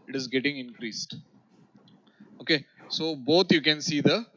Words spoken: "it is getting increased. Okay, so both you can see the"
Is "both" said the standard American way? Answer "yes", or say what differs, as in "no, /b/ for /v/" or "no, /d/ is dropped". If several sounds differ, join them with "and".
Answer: no, /t/ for /θ/